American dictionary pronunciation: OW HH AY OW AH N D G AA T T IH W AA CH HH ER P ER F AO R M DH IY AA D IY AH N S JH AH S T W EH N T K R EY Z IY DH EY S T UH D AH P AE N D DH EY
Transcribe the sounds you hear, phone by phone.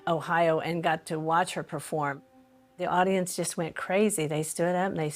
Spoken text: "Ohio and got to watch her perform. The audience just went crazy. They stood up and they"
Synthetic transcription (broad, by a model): OW HH AY OW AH N G AA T T IH W AA CH HH ER P ER F AO R M DH IY AA D IY AH N S JH AH S T W EH N K R EY Z IY DH EY S T UH D AH P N DH EY